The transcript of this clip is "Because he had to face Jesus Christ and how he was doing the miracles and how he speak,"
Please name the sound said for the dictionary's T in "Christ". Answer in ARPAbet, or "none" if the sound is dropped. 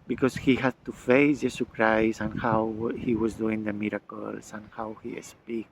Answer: none